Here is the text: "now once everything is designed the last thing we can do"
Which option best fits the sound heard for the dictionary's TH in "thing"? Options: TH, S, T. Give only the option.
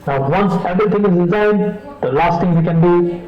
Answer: T